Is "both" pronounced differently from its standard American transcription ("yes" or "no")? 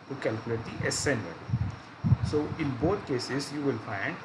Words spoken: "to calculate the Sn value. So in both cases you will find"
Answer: yes